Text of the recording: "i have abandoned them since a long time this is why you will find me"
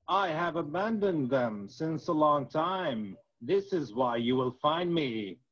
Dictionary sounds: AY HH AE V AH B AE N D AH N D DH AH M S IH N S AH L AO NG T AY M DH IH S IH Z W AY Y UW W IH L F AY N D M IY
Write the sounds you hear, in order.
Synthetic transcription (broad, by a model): AY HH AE V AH B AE N D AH N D DH AH M S IH N S AH L AO NG T AY M DH IH S IH Z W AY Y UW W IH L F AY N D M IY